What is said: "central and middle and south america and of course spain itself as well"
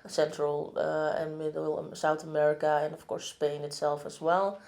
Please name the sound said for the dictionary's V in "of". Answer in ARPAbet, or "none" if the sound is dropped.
F